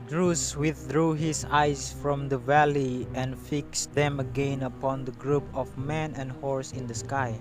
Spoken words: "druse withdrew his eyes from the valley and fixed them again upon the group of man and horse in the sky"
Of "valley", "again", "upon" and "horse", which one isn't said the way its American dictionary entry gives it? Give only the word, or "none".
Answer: none